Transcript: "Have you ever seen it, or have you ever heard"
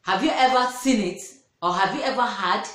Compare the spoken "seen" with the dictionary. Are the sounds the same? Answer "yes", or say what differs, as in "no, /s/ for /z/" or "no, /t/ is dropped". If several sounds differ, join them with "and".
yes